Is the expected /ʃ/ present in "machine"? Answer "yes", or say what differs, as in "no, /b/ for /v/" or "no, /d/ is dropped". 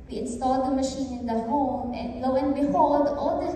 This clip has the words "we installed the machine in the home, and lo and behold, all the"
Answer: yes